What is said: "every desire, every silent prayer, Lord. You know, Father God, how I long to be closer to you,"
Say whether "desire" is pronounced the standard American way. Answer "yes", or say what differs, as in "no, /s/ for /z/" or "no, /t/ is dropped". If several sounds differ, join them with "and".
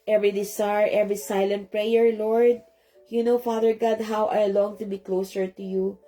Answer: no, /s/ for /z/